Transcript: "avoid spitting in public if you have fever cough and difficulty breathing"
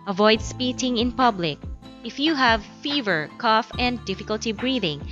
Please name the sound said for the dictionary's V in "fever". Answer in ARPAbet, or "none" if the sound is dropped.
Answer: V